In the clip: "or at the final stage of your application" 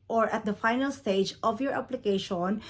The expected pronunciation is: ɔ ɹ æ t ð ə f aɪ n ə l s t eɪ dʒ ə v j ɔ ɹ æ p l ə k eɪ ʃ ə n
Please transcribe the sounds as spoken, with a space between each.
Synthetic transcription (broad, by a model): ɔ ɹ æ t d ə f aɪ n ə l s t eɪ dʒ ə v j ɔ ɹ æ p l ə k eɪ ʃ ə n